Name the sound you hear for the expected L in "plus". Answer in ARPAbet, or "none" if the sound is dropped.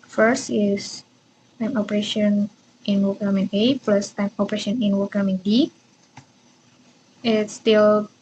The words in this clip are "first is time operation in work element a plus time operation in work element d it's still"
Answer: L